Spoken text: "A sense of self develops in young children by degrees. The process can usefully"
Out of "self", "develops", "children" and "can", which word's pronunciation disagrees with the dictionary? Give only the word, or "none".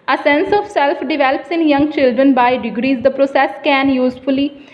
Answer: none